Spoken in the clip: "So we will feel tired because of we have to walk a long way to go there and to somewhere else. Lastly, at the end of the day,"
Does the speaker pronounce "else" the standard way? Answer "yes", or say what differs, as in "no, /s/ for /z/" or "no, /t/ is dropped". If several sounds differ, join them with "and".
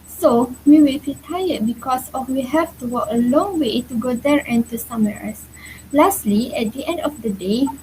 no, /l/ is dropped